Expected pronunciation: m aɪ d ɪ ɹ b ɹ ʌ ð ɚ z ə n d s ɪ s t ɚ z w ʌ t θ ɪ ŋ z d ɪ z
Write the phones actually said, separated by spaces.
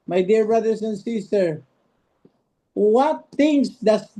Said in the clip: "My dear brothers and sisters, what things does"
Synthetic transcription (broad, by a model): m aɪ d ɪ ɹ b ɹ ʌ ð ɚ s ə n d s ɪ s t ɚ w ʌ t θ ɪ ŋ s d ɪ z